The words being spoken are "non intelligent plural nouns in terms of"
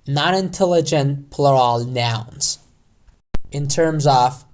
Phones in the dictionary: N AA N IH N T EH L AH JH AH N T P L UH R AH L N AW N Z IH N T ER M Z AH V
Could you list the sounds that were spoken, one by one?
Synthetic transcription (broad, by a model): N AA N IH N T EH L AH JH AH N P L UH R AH L N AW N Z IH N T ER M Z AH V